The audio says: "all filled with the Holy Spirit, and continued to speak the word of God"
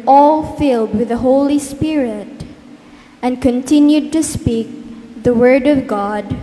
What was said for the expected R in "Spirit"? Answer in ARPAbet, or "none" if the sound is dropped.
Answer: R